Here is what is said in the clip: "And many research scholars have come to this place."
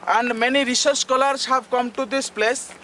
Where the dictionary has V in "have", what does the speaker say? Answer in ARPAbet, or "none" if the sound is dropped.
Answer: B